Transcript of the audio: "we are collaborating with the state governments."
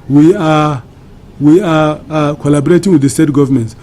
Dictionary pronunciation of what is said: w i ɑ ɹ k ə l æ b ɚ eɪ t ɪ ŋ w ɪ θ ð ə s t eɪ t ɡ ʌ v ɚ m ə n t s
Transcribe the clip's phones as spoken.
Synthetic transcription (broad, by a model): w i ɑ w k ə l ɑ b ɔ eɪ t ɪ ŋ w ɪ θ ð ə s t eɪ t ɡ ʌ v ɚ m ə n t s